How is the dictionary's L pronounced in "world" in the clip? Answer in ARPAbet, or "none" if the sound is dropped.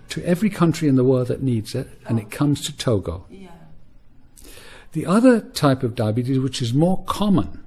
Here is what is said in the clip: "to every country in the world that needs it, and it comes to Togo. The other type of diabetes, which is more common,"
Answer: L